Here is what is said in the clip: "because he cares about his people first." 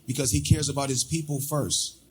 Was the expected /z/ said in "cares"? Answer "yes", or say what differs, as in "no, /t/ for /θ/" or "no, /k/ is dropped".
yes